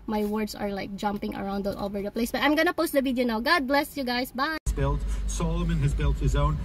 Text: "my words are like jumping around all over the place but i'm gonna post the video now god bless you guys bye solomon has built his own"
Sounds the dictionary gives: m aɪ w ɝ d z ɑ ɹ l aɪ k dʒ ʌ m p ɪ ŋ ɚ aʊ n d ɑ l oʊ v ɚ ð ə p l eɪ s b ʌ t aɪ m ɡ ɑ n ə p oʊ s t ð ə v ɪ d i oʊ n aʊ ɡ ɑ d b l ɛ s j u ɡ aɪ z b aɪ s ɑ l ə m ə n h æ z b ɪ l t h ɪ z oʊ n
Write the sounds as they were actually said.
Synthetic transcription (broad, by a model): m aɪ w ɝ d s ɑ ɹ l aɪ k dʒ ʌ m p ɪ ŋ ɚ aʊ n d ɑ l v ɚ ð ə p l eɪ s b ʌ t aɪ m ɡ ɑ n ə p oʊ s t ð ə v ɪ d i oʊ n aʊ ɡ ɑ d b l ɛ s j u ɡ aɪ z b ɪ s ɑ l ə m ə n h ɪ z b ɪ l t h ɪ z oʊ n